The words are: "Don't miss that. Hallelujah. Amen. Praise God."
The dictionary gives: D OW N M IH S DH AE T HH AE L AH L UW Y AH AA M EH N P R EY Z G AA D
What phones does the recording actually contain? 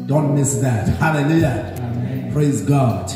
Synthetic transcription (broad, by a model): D OW N M IH S DH AE T HH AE L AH L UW Y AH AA P R EY Z G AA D